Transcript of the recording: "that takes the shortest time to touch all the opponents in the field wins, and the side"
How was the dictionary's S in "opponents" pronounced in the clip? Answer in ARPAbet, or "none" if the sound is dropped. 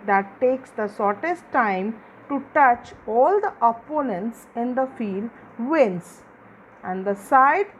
S